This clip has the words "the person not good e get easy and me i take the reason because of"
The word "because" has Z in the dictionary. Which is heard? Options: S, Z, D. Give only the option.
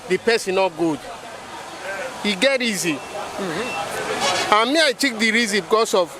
S